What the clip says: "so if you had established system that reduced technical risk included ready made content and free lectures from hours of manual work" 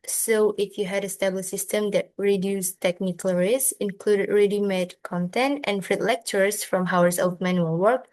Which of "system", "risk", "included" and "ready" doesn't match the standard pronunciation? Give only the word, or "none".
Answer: risk